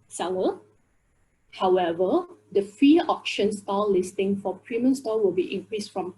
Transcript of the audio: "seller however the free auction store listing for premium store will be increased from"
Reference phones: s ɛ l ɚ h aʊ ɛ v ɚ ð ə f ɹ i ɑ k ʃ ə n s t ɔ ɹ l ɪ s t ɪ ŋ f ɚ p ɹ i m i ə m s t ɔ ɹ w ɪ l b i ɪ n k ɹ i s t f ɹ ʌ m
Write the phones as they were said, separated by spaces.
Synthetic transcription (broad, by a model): s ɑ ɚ h aʊ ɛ v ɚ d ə f i ɑ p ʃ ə n s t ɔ l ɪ s t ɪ ŋ f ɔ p ɹ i m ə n s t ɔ w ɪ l b i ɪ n k ɹ i s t f ɹ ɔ m